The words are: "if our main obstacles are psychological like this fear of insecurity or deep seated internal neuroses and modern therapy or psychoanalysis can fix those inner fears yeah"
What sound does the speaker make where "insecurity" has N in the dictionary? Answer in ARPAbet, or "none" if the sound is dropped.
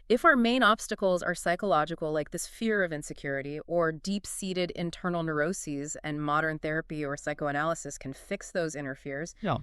N